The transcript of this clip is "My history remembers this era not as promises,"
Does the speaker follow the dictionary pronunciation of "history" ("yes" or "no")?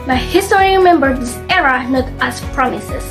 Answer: no